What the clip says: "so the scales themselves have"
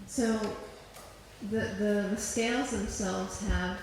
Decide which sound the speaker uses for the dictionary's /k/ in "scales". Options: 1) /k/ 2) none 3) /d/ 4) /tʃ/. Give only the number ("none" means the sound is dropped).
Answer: 1